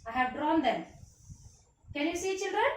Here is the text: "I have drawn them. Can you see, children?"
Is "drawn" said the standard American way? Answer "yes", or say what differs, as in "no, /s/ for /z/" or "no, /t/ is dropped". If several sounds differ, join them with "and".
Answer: yes